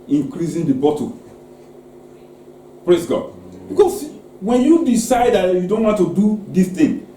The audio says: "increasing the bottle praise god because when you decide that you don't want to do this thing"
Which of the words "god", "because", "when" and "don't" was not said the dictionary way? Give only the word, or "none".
because